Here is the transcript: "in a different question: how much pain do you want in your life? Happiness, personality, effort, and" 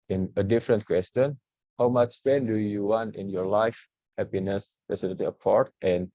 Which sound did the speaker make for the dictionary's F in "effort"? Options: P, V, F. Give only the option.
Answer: P